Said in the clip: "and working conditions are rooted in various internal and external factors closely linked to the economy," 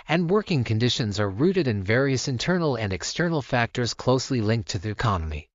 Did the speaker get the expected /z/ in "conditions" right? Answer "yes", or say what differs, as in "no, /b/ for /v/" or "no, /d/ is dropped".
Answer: yes